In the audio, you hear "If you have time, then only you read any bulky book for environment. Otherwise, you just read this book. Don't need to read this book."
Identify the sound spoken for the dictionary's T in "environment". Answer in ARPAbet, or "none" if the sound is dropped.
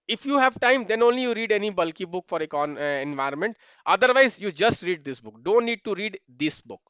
T